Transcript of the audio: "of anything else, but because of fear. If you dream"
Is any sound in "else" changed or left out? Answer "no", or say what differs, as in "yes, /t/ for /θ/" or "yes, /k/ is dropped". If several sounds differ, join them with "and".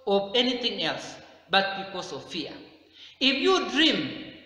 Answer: no